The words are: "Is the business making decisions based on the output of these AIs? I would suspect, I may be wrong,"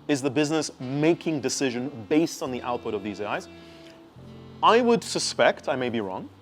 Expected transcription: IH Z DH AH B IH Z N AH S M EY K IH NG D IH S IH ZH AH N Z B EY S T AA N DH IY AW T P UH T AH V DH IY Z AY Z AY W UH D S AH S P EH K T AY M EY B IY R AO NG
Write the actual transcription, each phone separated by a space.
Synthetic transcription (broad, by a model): IH Z DH AH B IH Z N AH S M EY K IH NG D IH S IH ZH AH N B EY S T N DH IY AW T P UH T AH V DH IY Z AY Z AY W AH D S AH S P EH K T AY M EY B IY R AO NG